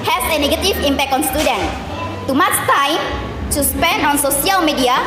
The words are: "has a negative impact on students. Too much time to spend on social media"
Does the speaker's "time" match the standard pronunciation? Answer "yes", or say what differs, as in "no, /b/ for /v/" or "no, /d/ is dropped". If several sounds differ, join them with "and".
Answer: yes